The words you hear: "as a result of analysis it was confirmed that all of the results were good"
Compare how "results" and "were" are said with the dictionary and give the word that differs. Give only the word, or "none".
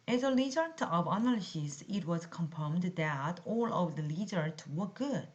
results